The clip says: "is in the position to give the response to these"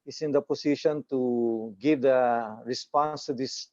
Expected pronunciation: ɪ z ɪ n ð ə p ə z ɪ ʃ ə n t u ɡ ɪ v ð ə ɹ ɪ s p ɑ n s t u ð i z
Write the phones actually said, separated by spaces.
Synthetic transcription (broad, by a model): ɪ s ɪ n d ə p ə s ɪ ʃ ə n t u ɡ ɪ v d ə ɹ ɪ s p ɑ n s t u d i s